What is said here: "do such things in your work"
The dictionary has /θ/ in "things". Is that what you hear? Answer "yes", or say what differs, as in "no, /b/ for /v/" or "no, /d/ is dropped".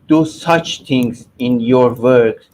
no, /t/ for /θ/